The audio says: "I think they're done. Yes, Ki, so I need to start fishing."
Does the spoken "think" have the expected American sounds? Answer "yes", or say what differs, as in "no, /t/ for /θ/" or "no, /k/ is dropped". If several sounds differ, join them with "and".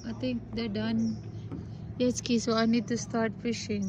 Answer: no, /t/ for /θ/